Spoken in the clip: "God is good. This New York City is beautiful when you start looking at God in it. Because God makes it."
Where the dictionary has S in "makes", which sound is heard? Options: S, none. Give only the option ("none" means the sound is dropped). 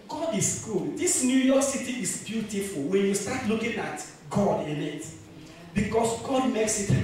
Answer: S